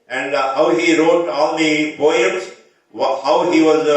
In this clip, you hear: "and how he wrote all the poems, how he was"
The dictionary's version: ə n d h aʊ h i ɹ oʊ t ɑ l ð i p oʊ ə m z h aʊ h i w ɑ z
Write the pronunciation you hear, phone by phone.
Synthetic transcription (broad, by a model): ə n d h aʊ h i ɹ oʊ t ɑ l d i b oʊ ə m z h aʊ h i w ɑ z